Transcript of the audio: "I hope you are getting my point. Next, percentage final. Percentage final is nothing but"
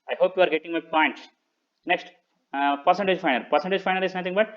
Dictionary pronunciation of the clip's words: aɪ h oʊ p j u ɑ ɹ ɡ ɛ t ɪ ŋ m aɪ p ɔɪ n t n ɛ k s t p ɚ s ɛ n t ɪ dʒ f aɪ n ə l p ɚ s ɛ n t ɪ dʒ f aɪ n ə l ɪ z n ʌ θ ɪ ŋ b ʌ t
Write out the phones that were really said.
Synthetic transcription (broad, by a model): aɪ h oʊ p j u ɑ ɹ ɡ ɛ t ɪ ŋ m aɪ p ɔɪ n t n ɛ k s t p ɚ s ɛ n t ɪ dʒ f aɪ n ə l p ɚ s ɛ n t ɪ dʒ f aɪ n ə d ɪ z n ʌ t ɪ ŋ b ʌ t